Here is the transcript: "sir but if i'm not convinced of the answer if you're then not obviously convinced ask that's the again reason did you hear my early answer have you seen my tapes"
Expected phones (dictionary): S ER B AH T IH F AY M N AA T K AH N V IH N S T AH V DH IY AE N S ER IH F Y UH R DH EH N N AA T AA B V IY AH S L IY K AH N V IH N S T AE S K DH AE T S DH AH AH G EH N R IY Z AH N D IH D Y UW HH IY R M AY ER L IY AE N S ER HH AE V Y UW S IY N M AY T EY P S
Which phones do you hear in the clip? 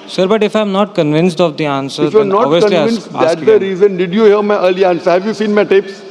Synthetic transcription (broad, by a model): S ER B AH T IH F AY M N AA T K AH N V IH N S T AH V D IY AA N S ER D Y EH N N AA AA V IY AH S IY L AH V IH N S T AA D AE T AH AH R IY Z AH N D IH D Y UW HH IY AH M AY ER L IY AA N S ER HH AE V Y UW S IY N M AY T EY P S